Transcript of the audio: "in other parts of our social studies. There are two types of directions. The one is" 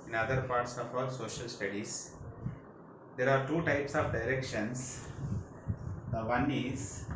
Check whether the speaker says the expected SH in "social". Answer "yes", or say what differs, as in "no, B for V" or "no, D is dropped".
yes